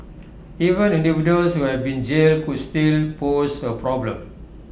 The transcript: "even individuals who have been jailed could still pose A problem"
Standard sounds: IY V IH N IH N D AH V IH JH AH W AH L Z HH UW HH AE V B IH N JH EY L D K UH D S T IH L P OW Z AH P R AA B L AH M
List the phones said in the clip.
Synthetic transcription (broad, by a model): IY V IH N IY N D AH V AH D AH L S HH UW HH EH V B IH N JH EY L K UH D S T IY L P OW S AH P R AA B L AH M